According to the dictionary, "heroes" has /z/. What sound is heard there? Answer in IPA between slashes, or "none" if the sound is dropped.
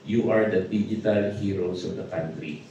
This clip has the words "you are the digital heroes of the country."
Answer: /s/